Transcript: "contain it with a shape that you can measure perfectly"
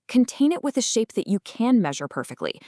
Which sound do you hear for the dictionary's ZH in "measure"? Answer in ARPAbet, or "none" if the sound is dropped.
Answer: ZH